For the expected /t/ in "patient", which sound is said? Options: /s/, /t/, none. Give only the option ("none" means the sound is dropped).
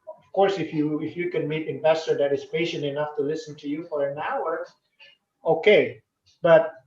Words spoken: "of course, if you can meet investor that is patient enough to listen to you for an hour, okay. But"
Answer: /t/